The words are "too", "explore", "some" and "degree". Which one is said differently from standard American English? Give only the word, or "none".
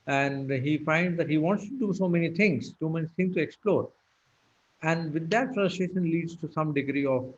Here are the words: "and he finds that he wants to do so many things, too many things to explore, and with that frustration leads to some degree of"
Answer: too